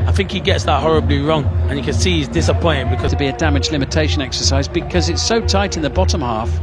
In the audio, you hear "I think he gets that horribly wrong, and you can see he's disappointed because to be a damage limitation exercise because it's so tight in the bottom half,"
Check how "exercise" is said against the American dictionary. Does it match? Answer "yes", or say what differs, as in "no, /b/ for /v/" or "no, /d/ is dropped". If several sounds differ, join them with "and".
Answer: yes